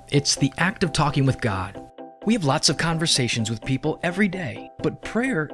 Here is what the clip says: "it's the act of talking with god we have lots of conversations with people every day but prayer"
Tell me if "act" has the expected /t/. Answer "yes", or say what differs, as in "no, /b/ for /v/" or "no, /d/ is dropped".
yes